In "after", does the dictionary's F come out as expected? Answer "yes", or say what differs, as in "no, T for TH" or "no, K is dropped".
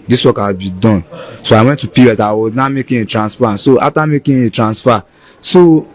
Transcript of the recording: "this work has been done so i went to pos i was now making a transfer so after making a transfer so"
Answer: no, F is dropped